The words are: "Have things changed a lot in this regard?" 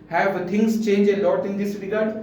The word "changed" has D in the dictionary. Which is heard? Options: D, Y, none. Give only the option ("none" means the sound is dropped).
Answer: none